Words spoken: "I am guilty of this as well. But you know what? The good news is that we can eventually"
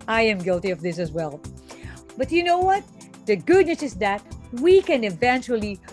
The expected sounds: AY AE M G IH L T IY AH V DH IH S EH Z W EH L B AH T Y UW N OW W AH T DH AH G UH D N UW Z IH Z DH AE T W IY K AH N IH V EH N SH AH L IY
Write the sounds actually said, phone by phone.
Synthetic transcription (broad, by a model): AY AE M G IH L T IY AH V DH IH S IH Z W EH L B AH T Y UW N OW W AH T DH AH G UH D N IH S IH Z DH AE T W IY K AH N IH V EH N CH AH L IY